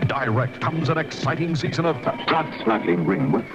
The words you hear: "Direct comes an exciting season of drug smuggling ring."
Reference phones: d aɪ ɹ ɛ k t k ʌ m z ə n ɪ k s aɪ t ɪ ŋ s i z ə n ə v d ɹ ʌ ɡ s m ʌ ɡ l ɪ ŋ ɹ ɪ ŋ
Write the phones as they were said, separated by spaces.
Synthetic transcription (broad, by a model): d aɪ ɹ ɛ k t k ʌ m z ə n ɪ k s aɪ t ɪ ŋ s i z ə n ə v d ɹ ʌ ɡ s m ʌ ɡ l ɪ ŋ ɹ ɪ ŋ